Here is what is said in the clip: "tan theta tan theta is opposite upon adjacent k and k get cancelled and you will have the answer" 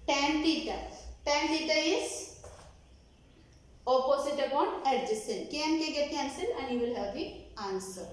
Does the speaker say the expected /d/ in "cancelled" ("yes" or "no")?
no